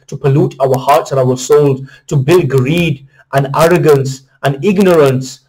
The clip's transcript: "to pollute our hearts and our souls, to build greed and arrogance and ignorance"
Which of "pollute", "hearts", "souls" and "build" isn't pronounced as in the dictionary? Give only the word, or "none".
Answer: souls